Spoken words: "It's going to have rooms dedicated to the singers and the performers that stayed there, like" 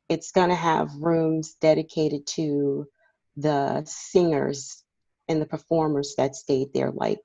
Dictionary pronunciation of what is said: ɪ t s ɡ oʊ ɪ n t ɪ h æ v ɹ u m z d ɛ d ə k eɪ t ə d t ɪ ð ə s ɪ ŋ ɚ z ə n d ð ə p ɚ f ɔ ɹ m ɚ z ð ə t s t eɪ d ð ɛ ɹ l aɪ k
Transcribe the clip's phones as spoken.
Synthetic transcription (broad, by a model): ɪ t s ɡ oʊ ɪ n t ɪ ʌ v ɹ u m z d ɛ d ə k eɪ t ə d t ɪ ð ə s ɪ ŋ ɚ z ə n ð ə p ɚ f ɔ ɹ m ɚ z ð ə t s t eɪ d ð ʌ ɹ l aɪ k